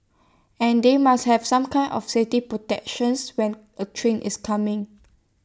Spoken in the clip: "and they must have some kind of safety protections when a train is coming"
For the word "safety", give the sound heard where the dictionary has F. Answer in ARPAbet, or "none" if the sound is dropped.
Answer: none